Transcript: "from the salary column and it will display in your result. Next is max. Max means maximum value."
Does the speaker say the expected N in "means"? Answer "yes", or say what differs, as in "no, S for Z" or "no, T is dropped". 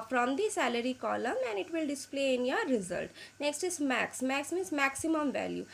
no, N is dropped